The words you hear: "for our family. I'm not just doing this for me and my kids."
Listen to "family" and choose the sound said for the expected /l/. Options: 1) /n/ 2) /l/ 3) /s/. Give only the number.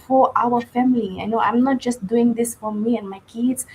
1